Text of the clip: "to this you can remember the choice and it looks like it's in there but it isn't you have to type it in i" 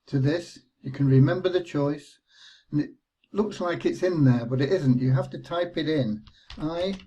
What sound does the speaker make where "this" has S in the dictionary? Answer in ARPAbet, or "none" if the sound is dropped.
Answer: S